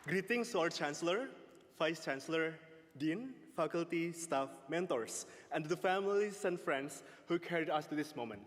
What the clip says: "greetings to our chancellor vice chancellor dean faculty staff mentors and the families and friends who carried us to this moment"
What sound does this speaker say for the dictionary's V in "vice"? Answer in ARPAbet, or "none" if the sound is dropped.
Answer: F